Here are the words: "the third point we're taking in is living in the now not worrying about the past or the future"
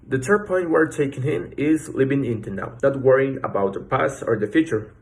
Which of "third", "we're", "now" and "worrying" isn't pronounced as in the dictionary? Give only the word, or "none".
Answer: third